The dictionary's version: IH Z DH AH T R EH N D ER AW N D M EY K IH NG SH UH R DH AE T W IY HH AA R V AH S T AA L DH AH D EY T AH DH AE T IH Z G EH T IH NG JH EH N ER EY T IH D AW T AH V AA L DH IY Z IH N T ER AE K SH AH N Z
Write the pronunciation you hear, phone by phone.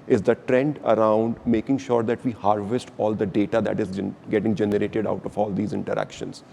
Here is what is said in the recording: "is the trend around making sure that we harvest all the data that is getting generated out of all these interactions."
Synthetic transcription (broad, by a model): IH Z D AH T R EH N D ER AW N D M EY K IH NG SH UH R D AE T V IY HH AA R V AH S T AA L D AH D EY T AH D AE T IH Z G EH T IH NG JH EH N ER EY T IH D AW T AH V AA L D IY Z IH N T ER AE K SH AH N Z